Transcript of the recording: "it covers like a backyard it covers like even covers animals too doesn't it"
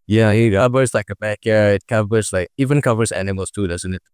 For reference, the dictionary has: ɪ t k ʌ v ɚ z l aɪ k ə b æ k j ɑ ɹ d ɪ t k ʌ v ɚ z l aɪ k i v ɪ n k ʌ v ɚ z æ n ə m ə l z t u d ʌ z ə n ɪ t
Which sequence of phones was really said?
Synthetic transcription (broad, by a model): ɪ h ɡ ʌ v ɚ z l aɪ k ə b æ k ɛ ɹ ɪ t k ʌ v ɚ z l aɪ k i v ɪ n k ʌ v ɚ z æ n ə m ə l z t u d ʌ z ə n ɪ t